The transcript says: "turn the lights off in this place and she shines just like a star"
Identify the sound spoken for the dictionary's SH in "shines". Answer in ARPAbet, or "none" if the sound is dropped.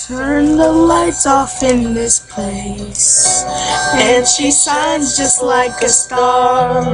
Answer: S